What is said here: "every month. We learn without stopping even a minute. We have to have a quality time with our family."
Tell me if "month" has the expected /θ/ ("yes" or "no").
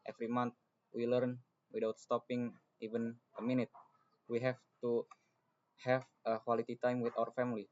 no